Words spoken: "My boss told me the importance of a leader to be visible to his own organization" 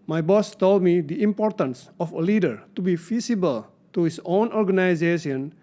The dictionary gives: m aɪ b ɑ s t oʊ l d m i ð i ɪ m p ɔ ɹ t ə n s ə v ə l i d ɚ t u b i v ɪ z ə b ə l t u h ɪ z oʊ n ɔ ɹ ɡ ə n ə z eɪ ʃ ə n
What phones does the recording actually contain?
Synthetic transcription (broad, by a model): m aɪ b ɑ s t oʊ l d m i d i ɪ m p ɔ ɹ t ə n s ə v ə l i d ɚ t u b i f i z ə b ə l t u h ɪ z oʊ n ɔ ɹ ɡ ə n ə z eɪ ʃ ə n